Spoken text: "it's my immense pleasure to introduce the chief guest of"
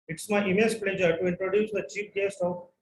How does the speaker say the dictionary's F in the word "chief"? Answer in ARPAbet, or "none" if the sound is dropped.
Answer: P